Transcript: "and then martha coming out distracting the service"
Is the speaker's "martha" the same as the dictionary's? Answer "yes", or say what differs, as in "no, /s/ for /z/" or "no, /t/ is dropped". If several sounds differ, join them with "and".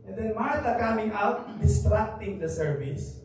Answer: no, /t/ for /θ/